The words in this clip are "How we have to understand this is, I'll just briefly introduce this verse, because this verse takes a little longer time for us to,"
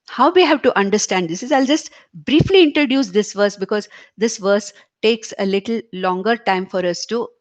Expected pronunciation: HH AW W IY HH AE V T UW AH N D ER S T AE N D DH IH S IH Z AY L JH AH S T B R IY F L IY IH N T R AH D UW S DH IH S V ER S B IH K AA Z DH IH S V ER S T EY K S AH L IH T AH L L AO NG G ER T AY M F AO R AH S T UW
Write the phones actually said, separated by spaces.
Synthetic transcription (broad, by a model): HH AW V IY HH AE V T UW AH N D ER S T AE N D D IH S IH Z AY L JH AH S T B R IY F L IY IH N T R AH D UW S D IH S V ER S B IH K AA Z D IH S V ER S T EY K S AH L IH T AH L L AO NG G ER T AY M F AO R AH S T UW